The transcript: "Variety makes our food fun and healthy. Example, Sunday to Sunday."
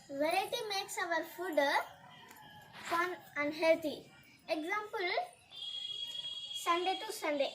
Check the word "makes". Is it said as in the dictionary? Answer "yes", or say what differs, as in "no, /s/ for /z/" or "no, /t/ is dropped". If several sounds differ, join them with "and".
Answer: yes